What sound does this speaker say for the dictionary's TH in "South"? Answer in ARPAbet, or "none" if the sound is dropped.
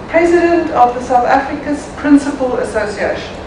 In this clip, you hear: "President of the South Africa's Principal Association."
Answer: TH